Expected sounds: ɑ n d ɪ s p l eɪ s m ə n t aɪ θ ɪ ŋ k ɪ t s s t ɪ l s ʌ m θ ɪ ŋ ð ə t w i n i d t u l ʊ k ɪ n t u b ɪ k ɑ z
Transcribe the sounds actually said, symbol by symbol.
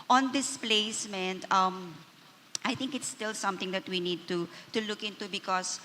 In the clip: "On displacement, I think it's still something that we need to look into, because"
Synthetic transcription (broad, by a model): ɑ n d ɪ s p l eɪ s m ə n t aɪ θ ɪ ŋ k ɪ t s s t ɪ l s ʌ m t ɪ ŋ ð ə t w i n i d t u l ʊ k ɪ n t u b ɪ k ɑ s